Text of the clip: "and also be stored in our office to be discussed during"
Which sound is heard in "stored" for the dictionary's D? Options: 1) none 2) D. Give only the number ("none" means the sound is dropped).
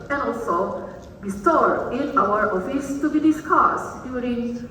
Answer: 1